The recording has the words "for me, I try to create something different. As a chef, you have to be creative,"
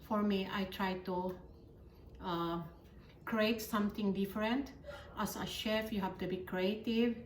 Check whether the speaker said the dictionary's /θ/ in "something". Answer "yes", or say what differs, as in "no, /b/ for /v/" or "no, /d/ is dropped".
no, /t/ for /θ/